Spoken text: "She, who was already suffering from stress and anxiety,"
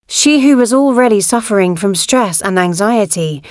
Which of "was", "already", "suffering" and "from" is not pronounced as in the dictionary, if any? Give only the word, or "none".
none